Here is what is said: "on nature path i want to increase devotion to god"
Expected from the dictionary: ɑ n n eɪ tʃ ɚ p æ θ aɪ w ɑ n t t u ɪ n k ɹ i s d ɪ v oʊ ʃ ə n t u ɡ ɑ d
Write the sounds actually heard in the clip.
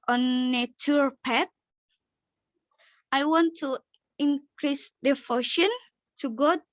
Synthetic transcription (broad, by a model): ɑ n n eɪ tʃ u p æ t aɪ w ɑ n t t u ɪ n k ɹ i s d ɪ f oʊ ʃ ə n t u ɡ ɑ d